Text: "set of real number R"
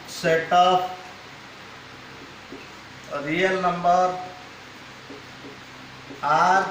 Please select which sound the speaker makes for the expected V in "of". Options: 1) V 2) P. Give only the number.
2